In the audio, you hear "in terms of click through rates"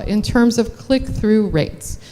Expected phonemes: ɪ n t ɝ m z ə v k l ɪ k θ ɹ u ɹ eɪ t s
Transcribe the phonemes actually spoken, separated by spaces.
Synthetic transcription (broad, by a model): ɪ n t ɝ m z ə v k l ɪ k θ ɹ u ɹ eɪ t s